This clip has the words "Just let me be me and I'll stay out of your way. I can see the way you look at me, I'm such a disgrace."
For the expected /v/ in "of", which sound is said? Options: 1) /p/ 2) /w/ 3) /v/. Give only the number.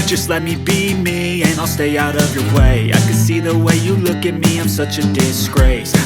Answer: 3